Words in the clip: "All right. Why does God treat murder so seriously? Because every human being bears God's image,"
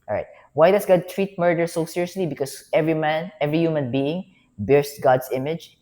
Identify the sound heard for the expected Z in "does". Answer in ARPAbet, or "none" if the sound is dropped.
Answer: S